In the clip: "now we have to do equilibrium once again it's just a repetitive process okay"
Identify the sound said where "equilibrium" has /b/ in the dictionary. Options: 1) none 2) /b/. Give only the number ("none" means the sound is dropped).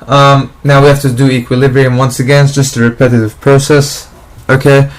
2